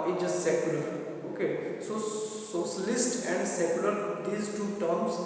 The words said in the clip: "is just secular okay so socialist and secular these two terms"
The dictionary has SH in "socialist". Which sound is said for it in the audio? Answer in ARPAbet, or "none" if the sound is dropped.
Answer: S